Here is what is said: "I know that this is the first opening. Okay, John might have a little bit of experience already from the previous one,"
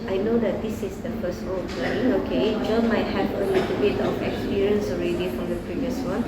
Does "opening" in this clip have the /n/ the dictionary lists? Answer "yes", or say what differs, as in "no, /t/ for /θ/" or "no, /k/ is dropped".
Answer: no, /n/ is dropped